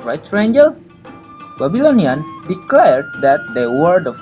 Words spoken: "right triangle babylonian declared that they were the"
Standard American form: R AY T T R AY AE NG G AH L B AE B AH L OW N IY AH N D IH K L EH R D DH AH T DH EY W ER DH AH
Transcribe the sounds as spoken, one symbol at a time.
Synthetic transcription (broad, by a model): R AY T S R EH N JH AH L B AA B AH L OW N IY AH N D IH K L EH R D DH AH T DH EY W ER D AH